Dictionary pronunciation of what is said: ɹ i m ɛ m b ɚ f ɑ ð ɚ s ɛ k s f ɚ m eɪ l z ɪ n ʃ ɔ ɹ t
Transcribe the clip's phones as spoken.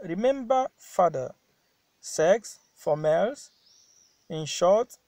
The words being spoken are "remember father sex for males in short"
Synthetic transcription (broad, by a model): ɹ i m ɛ m b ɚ f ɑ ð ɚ s ɛ k s f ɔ m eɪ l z ɪ n ʃ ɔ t